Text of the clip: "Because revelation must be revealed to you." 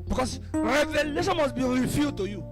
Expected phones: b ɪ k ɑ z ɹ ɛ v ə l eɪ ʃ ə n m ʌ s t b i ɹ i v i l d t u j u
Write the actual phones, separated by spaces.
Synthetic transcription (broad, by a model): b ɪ k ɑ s ɹ ɛ v ə l eɪ ʃ ə n m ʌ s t b i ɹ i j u d t u j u